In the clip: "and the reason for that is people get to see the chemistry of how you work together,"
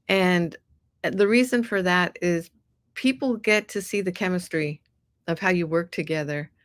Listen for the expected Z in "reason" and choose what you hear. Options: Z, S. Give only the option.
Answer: Z